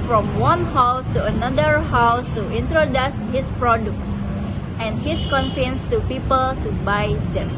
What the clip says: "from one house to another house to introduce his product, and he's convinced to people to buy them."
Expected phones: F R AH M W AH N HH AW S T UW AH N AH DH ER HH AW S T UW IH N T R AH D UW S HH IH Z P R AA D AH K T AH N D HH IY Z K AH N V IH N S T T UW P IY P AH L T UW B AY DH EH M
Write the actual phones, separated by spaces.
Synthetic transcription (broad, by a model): F R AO M W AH N HH AW S T UW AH N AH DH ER HH AW S T UW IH N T R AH D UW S HH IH S P R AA D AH K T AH N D HH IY S K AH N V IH N S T T UW P IY P AH L T UW B AY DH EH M